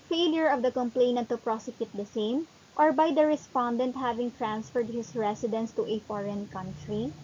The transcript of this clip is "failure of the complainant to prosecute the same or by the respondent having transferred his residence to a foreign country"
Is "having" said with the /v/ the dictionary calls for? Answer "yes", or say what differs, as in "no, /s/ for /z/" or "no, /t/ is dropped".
yes